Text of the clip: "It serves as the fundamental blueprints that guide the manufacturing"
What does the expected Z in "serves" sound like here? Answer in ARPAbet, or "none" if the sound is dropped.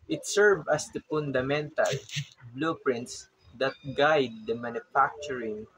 none